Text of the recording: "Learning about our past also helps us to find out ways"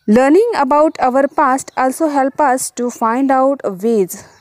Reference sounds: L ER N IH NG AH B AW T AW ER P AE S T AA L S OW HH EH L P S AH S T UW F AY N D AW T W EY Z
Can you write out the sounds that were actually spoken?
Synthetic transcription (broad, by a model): L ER N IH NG AH B AW T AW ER P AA S T AA L S OW HH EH L P AH S T UW F AY N D AW T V EY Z